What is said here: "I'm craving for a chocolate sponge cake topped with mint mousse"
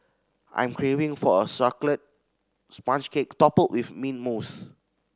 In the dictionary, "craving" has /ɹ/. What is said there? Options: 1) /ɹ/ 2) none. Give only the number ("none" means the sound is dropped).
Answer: 1